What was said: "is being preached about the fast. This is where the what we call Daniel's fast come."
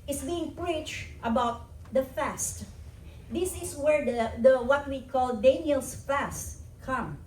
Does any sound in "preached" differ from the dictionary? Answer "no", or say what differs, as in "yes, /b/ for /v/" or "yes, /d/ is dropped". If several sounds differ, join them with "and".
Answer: no